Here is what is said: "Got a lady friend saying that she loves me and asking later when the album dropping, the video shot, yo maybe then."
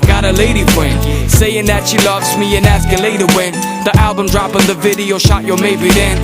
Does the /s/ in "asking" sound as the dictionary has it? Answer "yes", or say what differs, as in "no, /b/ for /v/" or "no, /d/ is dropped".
yes